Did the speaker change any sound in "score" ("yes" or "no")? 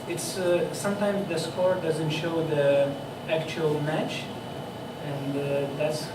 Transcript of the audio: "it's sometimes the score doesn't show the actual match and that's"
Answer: no